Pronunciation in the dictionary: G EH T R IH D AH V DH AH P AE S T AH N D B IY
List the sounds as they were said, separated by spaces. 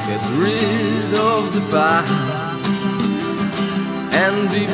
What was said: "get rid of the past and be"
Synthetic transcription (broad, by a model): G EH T R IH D AH V DH AH B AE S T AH N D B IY